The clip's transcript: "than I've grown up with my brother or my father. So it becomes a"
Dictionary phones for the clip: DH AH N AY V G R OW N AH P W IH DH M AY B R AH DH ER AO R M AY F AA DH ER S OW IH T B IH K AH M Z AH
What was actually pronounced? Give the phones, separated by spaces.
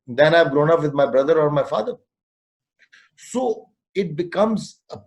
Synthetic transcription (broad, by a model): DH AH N AY V G R OW N AH P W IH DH M AY B R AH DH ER AO R M AY F AA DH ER S OW IH T B IH K AH M Z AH